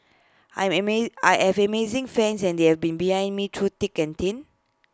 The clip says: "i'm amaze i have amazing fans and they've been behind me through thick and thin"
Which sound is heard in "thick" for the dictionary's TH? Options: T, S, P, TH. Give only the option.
T